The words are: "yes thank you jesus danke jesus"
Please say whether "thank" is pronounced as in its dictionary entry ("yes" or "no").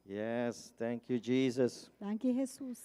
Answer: no